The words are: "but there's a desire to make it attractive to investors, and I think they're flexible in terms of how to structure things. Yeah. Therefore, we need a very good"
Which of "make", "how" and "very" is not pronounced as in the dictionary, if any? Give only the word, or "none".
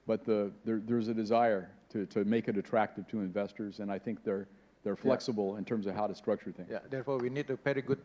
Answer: very